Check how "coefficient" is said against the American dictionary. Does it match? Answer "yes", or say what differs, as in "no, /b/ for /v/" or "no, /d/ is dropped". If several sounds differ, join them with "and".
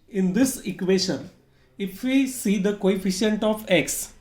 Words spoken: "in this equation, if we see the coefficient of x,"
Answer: yes